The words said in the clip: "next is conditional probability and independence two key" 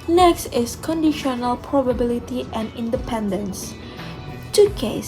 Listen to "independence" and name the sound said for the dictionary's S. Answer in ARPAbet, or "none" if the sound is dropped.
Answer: S